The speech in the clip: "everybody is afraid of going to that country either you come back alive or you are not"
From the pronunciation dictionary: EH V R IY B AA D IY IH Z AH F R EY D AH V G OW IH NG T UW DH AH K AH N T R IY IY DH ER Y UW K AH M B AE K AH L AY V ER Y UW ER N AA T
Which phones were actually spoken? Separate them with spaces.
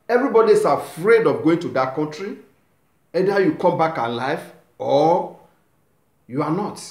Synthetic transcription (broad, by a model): EH V R IY B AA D IY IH S AH F R EY D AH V G OW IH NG T UW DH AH K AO N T R IY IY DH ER Y UW K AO M B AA K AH L AY F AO Y UW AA N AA T